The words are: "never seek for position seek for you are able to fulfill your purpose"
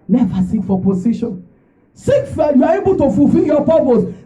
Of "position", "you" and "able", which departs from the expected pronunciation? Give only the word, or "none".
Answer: position